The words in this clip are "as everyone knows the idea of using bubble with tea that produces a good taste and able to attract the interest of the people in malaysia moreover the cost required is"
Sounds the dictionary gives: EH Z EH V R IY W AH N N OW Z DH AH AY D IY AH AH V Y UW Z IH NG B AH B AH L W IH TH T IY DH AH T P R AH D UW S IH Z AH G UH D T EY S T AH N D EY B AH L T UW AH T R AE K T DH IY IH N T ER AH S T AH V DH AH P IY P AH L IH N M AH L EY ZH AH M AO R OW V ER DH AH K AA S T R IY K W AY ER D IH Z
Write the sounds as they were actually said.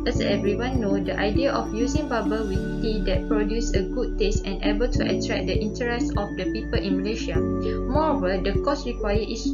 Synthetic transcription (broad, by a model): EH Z EH V R IY W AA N N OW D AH AY D IY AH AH F Y UW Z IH NG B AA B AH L W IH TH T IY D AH T P R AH D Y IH S AH G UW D T EY S T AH N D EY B AH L T UW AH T R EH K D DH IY N T ER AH S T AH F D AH P IY P AH L IH N M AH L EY SH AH M AO R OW V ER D AH K AA S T R IY K W AY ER IH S